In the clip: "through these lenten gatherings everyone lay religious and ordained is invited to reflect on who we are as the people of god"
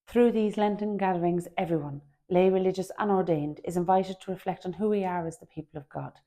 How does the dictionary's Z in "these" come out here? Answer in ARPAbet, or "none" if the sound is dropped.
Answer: Z